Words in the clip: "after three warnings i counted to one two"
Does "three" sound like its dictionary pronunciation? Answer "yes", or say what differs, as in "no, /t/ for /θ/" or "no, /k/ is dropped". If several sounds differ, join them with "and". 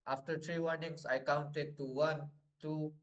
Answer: no, /t/ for /θ/